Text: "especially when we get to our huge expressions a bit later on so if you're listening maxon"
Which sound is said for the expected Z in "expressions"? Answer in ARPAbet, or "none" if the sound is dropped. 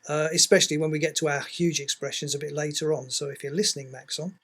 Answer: Z